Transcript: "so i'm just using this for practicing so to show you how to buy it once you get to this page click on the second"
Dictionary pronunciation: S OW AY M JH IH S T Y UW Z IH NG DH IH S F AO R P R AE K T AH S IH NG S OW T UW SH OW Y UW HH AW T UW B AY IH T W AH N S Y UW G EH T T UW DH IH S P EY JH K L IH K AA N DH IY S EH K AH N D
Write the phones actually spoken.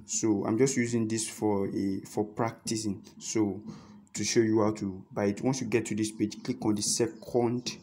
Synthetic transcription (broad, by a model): S OW AY M JH IH S T Y UW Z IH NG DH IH S F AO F P R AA K T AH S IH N S OW T UW SH OW Y UW HH AW T UW B AY IH T W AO N S Y UW G EH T T UW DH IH S P EY JH K L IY K AA N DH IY S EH K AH N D